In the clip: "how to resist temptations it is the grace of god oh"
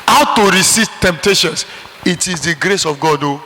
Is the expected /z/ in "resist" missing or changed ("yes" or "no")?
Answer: yes